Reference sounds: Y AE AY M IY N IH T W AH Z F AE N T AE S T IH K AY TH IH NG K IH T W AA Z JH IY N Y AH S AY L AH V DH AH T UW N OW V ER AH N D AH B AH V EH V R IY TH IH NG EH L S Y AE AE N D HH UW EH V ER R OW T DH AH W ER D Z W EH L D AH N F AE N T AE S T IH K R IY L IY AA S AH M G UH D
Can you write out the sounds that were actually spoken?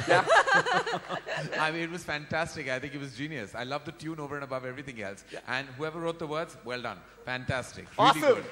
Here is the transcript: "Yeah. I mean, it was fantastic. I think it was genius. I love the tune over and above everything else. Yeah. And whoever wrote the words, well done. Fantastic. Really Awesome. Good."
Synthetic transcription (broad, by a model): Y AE AY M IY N IH T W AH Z F AE N T AE S T IH K AY T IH NG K IH T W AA Z JH IY N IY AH S AY L AH V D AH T UW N OW V ER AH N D AH B AH V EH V R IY T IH NG EH L S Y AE AE N D HH UW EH V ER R OW T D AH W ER D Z W EH L D AH N F AE N T AE S T IH K R IY L IY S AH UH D